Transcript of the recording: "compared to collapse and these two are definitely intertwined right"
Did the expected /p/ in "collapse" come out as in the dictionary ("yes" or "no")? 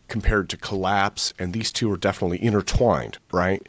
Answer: yes